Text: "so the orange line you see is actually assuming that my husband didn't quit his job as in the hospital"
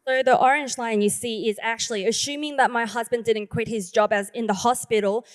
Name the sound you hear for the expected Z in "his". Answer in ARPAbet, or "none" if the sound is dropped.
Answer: Z